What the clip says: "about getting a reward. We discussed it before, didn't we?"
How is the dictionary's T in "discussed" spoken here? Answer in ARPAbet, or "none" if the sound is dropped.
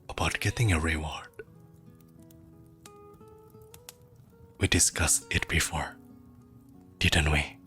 none